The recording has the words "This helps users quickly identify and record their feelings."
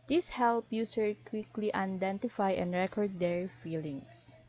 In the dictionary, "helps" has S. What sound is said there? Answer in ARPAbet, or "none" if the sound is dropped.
none